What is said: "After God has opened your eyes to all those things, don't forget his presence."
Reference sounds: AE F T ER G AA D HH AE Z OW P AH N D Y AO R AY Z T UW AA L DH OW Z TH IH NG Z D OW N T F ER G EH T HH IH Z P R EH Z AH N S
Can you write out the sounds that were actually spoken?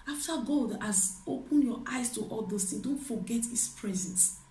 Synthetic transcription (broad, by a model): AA F T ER G AA D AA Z OW P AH N Y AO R AY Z T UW AA L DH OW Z T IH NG D OW N T F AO G EH T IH S P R EH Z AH N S